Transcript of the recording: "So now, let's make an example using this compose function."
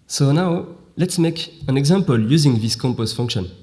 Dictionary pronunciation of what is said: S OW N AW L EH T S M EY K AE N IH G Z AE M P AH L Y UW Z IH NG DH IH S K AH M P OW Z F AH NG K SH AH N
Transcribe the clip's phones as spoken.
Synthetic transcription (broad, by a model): S OW N AW L EH T S M EY K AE N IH G Z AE M P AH L Y UW Z IH NG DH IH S K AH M P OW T F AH NG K SH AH N